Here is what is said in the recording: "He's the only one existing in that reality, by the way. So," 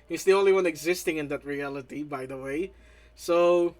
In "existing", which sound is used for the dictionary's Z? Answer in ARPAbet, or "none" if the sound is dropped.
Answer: Z